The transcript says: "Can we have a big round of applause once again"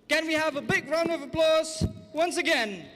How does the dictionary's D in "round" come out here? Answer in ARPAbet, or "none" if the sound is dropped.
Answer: none